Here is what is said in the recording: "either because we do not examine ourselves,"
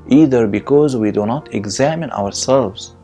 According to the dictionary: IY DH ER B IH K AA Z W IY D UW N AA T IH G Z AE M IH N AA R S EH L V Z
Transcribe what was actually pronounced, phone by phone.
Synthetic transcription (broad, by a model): IY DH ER B IH K AA Z W IY D UW N AA T IH G Z AE M IH N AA R S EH L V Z